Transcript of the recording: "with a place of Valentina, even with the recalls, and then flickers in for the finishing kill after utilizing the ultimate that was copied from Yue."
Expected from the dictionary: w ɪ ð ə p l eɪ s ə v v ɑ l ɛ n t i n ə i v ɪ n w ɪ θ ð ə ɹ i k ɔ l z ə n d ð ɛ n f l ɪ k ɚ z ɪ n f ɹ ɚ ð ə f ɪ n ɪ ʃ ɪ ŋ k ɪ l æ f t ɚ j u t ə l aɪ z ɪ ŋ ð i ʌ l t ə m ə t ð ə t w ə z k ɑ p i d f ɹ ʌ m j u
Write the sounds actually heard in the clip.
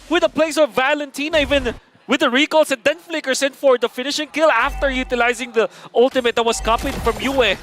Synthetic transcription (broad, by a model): w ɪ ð ə p l eɪ s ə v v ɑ l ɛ n t i n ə i v ɪ n w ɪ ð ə ɹ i k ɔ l s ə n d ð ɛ n f l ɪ k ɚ s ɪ n f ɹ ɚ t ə f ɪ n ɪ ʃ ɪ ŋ k ɪ l æ f t ɚ j u t ə l aɪ z ɪ ŋ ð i ʌ l t ə m ə t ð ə t w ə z k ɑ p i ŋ f ɹ ʌ m j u